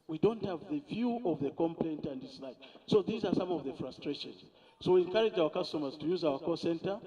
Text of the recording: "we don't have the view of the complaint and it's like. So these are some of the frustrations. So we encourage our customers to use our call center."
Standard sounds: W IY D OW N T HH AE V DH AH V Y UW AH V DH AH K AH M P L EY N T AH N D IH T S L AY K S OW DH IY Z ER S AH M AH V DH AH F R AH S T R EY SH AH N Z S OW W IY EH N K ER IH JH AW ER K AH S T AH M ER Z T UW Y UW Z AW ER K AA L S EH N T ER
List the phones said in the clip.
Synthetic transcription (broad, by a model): W IY D OW N T HH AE V DH AH V Y UW AH V DH AH K AH M P L EY N T AH N D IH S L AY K S OW DH IY Z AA S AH M AH V DH AH F R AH S T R EY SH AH N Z S OW W IY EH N K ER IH JH AW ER K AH S T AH M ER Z T UW Y UW Z AW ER K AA S EH N T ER